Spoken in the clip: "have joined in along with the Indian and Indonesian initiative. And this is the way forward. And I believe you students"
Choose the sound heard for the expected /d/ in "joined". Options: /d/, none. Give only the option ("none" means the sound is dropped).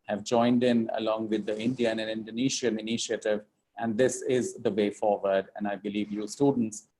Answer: /d/